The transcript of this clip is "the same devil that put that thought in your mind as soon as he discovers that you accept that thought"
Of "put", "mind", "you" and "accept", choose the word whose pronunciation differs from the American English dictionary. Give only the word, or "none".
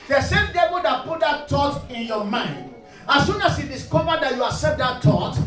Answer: accept